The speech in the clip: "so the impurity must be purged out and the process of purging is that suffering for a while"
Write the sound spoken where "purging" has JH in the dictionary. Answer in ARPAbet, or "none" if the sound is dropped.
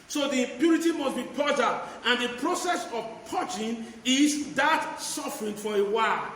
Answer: CH